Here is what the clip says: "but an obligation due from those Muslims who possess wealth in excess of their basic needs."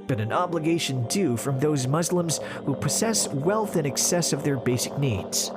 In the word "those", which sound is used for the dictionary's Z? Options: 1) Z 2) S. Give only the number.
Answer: 1